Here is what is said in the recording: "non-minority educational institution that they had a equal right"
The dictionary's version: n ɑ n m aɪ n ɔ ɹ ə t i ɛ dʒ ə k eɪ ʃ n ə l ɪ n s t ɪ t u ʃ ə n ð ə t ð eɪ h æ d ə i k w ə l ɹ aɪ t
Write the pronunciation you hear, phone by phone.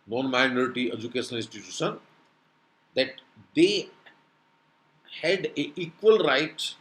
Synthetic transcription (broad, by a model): n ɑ n m aɪ n ɔ ɹ ə t i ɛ dʒ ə k eɪ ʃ ə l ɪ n s t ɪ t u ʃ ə n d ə t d eɪ h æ d ə i k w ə l ɹ aɪ t